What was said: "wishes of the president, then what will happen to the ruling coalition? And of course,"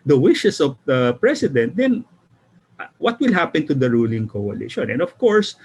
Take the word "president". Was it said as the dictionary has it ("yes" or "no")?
no